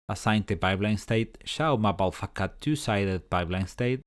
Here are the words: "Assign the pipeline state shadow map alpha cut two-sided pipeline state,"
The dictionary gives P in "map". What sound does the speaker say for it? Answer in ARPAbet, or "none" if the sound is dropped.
B